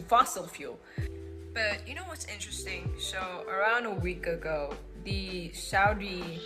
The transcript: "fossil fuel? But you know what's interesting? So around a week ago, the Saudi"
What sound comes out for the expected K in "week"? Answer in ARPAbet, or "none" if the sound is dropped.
K